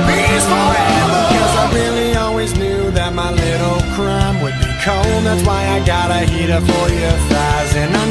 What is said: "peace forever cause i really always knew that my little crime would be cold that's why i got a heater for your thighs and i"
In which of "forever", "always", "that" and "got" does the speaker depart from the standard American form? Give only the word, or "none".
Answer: forever